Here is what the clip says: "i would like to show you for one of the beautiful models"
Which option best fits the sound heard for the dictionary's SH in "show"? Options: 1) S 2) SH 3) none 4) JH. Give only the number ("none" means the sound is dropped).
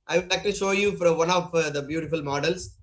2